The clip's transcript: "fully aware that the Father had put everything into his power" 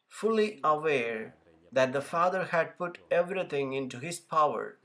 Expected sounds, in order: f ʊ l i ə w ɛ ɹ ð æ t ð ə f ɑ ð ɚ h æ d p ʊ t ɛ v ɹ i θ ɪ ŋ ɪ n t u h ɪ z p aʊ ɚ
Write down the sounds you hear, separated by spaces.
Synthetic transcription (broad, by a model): f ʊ l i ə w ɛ ɹ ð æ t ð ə f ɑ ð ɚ h æ d p ʊ t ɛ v ɹ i t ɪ ŋ ɪ n t u h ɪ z p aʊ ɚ